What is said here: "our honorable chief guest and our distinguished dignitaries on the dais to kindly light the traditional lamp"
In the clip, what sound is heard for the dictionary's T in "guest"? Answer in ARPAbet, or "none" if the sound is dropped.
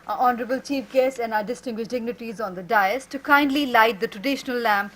none